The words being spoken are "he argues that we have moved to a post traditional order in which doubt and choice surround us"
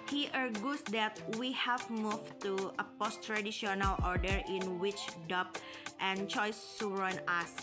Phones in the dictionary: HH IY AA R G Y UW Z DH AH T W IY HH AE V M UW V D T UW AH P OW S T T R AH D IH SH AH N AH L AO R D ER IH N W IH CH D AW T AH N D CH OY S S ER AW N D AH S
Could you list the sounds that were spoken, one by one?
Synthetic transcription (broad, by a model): HH IY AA R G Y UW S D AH T W IY HH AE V M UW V T UW AH P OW S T T R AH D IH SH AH N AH L AO R D ER IH N W IH CH D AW T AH N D CH OY S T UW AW N AH S